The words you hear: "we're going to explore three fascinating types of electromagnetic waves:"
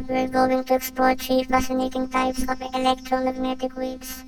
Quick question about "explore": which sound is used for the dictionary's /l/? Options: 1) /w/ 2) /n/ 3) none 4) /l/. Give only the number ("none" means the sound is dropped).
3